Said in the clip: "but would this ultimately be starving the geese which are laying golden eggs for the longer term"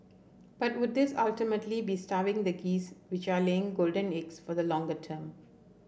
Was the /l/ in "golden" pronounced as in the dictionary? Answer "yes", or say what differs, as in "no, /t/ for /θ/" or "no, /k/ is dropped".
yes